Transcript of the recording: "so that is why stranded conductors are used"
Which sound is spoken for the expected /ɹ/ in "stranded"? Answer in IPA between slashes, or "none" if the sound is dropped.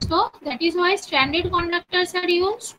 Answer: none